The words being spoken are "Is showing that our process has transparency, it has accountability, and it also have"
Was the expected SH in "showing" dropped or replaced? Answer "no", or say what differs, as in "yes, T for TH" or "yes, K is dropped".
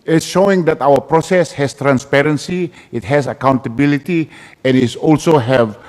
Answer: no